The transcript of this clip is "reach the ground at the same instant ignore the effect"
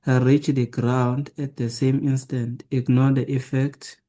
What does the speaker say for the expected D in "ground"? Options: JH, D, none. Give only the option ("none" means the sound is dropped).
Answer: D